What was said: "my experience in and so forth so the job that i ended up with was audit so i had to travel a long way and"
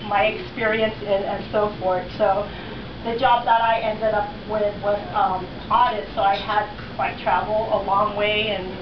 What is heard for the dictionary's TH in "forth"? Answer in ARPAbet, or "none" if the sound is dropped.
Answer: TH